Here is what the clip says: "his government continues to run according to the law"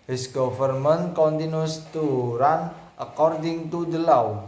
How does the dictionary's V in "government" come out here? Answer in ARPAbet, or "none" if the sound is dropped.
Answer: F